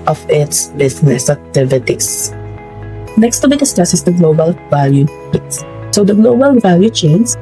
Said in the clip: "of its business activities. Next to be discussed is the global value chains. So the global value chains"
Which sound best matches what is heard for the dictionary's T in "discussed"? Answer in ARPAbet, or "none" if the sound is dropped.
none